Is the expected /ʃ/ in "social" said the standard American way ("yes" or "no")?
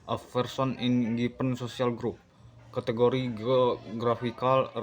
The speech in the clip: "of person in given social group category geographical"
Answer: no